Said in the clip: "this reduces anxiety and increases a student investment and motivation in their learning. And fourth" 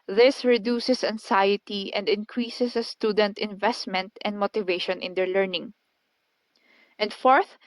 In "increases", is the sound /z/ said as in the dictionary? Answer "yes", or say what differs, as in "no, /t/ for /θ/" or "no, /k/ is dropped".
no, /s/ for /z/